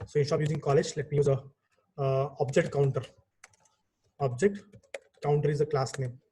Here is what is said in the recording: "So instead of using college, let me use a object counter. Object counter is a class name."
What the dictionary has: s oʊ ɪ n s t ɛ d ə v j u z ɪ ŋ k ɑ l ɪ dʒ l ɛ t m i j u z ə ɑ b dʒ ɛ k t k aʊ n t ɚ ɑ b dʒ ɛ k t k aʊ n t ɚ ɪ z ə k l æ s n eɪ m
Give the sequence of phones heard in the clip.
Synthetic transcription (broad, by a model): s oʊ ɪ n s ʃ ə p j u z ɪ ŋ k ɑ l ɪ dʒ l ɛ t m i j u z ə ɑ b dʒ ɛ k t k aʊ n t ɚ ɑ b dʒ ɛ k t k aʊ n t ɚ ɪ z ə k l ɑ s n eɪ m